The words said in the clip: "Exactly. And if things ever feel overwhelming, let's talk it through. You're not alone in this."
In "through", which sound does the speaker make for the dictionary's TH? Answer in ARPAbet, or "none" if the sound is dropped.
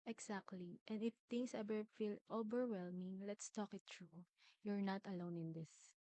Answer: T